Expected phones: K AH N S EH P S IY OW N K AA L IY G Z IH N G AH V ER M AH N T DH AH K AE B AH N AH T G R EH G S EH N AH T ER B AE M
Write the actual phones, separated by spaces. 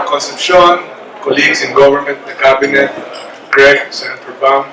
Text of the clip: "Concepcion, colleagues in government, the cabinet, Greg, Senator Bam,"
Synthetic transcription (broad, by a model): K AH N S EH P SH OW N K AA L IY G S IH N G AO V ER M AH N T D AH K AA B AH N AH T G R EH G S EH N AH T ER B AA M